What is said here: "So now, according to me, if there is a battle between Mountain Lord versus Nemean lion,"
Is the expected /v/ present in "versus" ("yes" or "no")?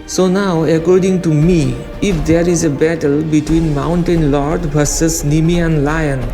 no